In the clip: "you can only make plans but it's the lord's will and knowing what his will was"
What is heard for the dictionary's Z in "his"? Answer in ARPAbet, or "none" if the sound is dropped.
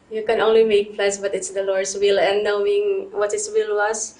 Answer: S